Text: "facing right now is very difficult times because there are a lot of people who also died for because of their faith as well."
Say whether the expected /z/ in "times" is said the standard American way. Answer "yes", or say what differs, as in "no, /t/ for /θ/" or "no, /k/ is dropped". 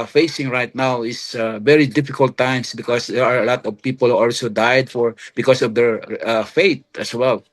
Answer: no, /s/ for /z/